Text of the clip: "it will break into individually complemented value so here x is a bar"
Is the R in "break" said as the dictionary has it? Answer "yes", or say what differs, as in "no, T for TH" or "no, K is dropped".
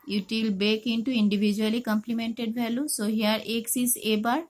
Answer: no, R is dropped